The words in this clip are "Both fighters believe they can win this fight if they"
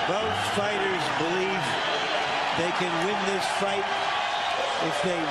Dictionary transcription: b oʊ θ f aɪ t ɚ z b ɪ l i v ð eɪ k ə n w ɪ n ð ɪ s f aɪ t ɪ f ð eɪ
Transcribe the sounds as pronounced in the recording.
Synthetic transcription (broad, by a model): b oʊ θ f aɪ t ɚ z b ɪ l i v ð eɪ k ə n w ɪ n ð ɪ s f aɪ t ɪ f ð eɪ